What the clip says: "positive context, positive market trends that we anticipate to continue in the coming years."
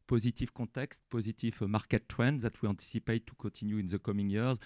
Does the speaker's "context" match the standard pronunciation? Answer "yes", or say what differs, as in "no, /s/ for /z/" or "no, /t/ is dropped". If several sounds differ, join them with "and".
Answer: no, /n/ is dropped